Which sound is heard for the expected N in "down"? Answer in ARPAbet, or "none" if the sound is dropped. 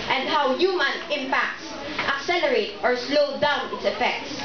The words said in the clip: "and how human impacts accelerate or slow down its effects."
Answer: N